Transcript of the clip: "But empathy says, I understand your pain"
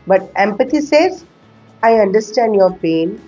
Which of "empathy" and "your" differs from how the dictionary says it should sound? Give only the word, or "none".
empathy